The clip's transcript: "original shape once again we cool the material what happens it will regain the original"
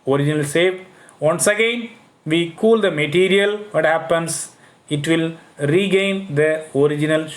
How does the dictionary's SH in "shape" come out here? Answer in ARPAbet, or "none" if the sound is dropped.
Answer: S